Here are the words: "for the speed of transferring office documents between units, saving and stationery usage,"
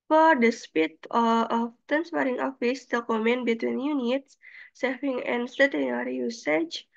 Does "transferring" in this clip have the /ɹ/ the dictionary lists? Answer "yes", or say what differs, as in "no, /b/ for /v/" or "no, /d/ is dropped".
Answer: no, /ɹ/ is dropped